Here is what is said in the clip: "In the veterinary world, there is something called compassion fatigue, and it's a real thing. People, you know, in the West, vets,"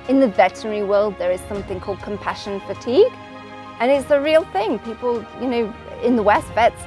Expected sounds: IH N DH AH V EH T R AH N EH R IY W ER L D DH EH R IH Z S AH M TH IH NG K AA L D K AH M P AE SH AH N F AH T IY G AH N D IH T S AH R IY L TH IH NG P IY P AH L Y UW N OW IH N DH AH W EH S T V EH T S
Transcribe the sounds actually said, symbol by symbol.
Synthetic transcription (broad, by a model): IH N DH AH V EH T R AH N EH R IY W ER L D DH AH R IH Z S AH M TH IH NG K AA L D K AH M P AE SH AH N F AH T IY G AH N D IH T S AH R IY L TH IH NG P IY P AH L Y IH N OW IH N DH AH W EH S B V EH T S